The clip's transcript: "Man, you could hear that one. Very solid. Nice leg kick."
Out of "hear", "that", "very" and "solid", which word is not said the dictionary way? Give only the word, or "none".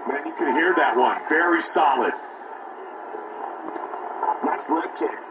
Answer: none